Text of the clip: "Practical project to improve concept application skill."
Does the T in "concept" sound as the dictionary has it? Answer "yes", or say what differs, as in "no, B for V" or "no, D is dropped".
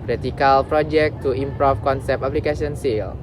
no, T is dropped